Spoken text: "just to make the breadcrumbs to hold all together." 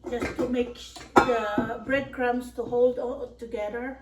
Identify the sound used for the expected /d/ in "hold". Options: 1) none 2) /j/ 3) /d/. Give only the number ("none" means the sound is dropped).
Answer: 3